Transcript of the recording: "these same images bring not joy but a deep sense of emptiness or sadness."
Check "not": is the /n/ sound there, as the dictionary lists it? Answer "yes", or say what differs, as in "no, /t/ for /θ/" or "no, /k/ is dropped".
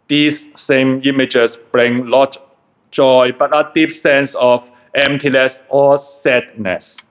no, /l/ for /n/